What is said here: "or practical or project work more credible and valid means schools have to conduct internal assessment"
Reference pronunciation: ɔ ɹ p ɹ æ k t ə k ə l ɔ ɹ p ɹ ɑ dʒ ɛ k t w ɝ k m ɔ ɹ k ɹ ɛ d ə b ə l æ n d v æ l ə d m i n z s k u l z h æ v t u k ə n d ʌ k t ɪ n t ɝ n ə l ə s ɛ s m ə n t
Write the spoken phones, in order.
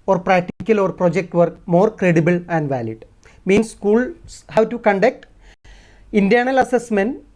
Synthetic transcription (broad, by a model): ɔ ɹ p ɹ æ k t ə k ə l ɔ ɹ p ɹ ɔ dʒ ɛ k t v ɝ k m ɔ ɹ k ɹ ɛ d ə b ə l æ n d v æ l ə d m i n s s k u l s h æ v t u k ə n d ʌ k t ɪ n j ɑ n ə l ə s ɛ s m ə n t